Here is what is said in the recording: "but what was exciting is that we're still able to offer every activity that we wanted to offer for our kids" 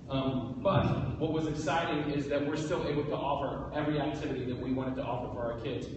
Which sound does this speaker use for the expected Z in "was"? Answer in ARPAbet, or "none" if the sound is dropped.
Z